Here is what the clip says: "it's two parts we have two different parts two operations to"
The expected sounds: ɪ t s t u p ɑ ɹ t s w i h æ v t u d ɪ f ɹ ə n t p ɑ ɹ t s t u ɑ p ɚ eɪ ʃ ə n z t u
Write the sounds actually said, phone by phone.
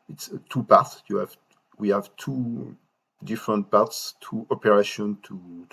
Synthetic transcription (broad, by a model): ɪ t s t u p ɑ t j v w i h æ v t u d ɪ f ɹ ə n t p ɑ ɹ t s t u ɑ p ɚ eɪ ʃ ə n t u